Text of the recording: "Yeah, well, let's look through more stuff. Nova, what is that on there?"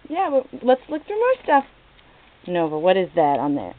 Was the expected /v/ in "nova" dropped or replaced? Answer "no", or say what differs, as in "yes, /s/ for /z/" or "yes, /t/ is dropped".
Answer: no